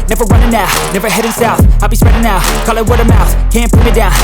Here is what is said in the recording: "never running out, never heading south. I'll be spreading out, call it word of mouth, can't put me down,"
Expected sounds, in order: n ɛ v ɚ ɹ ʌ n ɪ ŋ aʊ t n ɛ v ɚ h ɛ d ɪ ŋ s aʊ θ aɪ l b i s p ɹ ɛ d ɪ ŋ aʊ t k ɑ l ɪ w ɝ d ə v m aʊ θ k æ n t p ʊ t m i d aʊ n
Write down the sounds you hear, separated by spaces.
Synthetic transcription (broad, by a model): n ɛ v ɚ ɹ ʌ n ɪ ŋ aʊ n ɛ v ɚ h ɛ d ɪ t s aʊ f aɪ l b i s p ɹ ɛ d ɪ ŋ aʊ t k ɑ l ɪ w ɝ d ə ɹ m aʊ θ k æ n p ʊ m i d aʊ n